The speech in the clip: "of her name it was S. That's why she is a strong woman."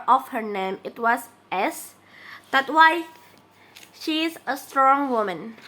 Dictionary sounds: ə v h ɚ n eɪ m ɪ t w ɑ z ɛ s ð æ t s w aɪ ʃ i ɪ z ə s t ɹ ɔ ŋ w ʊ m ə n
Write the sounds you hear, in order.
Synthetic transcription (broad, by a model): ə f h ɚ n eɪ m ɪ t w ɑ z ɛ s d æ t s w aɪ ʃ i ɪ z ə s t ɹ ɔ ŋ w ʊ m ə n